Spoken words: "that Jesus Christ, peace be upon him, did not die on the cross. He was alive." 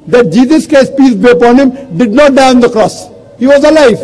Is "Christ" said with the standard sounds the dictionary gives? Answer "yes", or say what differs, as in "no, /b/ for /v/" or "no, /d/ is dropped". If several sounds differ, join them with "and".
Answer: no, /ɹ/ is dropped